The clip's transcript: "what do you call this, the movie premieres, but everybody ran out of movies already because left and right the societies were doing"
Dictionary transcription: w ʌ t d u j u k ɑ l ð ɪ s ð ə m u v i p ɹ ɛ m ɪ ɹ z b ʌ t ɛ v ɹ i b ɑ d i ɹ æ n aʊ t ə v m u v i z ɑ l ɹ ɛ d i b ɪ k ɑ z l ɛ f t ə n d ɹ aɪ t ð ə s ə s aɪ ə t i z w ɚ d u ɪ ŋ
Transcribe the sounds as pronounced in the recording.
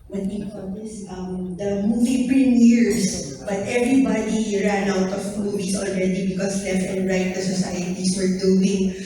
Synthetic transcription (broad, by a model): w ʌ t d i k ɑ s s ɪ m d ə m u v i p ɹ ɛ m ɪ ɹ s b ʌ t ɛ v ɹ i b ɑ d i ɹ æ n aʊ t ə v m u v i s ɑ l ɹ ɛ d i b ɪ k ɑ s l ɛ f t ə n d ɹ aɪ t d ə s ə s aɪ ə t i s w ɚ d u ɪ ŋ